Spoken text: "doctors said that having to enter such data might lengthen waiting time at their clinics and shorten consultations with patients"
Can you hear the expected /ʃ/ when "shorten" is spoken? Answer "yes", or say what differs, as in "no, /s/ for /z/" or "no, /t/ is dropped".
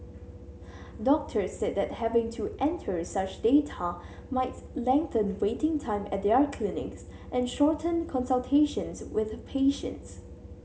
yes